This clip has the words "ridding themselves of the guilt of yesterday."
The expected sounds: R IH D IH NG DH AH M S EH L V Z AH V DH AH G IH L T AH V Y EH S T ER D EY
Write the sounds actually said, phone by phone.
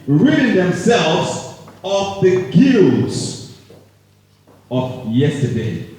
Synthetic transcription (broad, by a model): R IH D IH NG DH AH M S EH L V Z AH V DH AH G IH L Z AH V Y EH S T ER D EY